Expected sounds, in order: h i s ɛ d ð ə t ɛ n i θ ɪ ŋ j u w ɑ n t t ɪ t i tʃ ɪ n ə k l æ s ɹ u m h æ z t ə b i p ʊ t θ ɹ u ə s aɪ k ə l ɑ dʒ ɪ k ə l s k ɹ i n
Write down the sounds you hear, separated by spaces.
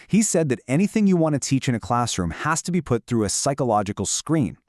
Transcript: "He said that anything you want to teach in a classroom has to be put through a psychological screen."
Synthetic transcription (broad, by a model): h i s ɛ d ð ə t ɛ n i θ ɪ ŋ j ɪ w ɑ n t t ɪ t i tʃ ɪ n ə k l æ s ɹ u m h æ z t ə b i p ʊ t θ ɹ u ə s aɪ k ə l ɑ dʒ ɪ k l s k ɹ i n